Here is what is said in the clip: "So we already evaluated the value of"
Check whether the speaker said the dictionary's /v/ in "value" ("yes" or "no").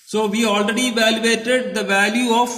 yes